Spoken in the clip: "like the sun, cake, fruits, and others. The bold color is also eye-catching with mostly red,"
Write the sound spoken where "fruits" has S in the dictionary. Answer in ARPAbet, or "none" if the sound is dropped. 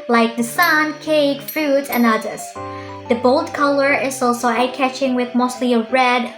none